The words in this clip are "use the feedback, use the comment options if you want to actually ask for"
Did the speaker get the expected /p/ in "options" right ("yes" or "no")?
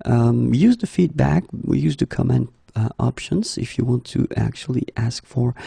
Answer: yes